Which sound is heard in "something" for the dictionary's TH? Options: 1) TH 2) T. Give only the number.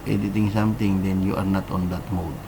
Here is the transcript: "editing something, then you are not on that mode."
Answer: 2